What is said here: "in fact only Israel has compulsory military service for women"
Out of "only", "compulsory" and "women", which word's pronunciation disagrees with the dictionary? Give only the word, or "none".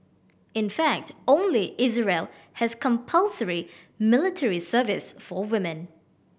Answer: none